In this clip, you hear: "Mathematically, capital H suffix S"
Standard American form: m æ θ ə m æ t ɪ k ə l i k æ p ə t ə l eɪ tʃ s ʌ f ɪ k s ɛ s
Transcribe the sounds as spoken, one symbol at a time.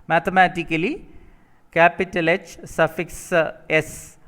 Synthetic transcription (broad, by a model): m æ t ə m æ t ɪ k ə l i k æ p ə t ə l eɪ tʃ s ʌ f ɪ k s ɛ s